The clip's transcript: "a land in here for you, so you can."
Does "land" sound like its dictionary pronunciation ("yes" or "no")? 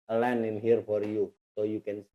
no